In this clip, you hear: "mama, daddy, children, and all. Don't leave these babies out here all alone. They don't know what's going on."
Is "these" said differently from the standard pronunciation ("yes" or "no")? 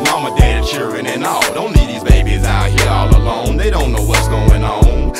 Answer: no